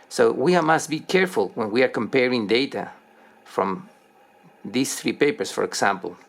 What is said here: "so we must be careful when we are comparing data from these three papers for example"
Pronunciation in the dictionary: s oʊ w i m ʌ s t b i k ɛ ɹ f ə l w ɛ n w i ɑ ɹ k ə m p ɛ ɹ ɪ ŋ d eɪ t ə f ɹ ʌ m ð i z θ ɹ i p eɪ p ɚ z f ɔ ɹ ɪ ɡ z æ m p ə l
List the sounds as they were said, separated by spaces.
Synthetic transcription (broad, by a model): s oʊ w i m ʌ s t b i k ɛ ɹ f ə l w ɛ n w i ɑ ɹ k ə m p ɛ ɹ ɪ ŋ d eɪ t ə f ɹ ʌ m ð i s θ ɹ i p eɪ p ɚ s f ɔ ɹ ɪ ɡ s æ m p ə l